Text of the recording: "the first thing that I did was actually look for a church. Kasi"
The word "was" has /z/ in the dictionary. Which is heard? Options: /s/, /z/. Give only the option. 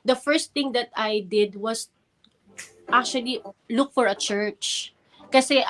/s/